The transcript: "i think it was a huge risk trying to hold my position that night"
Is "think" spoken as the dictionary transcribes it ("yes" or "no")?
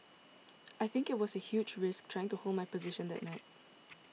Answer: yes